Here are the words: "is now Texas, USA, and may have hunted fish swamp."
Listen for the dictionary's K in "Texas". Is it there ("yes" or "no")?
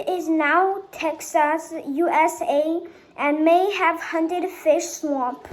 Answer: yes